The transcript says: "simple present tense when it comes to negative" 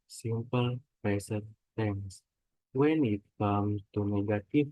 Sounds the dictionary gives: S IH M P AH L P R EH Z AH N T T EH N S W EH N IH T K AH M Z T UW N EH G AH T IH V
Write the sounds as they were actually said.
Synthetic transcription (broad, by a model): S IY M P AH L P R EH S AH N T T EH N S W EH N IH T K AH M T UW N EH G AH T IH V